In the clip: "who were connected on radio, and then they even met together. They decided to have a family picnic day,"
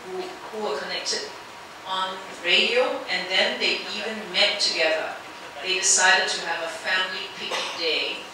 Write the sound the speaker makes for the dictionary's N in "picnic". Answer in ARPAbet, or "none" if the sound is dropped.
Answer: none